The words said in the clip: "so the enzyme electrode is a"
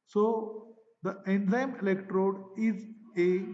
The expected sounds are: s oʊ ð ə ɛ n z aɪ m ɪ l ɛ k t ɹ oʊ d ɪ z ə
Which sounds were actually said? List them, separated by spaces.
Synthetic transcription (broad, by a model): s oʊ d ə ɛ n z aɪ m ɪ l ɛ k t ɹ oʊ d ɪ z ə